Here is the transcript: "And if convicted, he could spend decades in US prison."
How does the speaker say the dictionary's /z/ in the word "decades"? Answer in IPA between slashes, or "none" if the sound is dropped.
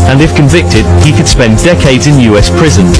/z/